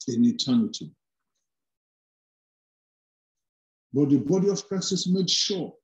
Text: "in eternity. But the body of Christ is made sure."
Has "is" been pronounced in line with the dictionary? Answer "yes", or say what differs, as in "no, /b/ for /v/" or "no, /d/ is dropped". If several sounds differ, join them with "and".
no, /s/ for /z/